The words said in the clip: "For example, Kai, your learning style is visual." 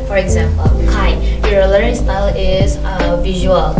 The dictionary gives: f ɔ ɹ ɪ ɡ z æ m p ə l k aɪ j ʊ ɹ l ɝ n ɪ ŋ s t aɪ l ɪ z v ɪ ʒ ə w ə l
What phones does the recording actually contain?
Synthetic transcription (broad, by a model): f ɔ ɹ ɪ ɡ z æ m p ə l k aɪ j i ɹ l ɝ ɪ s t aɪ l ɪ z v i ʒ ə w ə l